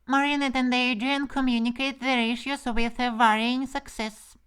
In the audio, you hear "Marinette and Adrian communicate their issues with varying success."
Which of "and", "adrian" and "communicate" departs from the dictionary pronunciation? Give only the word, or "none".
adrian